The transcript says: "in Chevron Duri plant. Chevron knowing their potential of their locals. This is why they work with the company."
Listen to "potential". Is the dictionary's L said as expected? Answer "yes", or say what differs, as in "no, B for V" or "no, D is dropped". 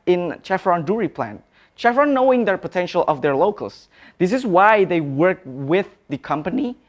yes